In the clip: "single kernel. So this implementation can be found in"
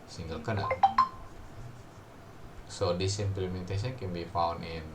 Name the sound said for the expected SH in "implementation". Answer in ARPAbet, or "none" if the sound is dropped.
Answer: S